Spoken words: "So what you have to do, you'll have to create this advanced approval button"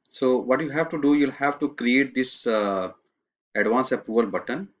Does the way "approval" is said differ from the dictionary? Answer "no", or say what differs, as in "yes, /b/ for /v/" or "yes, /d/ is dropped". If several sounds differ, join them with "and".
yes, /ɹ/ is dropped and /v/ is dropped